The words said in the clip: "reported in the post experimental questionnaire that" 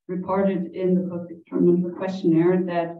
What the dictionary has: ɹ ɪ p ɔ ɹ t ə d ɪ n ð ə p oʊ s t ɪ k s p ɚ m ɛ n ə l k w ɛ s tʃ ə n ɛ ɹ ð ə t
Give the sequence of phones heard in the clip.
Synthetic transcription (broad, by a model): ɹ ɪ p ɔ ɹ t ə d ɪ n ð ə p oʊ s ɪ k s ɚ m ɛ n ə k w ɛ s tʃ ə n ɛ ɹ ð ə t